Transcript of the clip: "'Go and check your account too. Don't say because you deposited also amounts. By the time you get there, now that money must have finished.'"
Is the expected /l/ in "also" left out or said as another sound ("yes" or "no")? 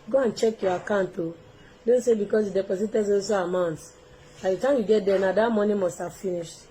yes